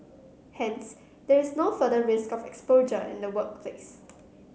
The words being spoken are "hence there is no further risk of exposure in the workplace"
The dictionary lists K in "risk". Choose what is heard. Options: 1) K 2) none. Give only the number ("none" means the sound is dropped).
1